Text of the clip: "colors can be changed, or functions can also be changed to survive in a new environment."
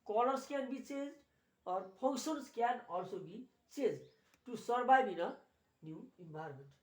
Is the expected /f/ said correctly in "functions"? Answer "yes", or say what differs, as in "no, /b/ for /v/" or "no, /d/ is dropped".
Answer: no, /p/ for /f/